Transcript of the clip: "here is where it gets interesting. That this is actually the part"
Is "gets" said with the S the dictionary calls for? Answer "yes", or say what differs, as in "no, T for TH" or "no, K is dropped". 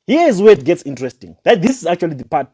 yes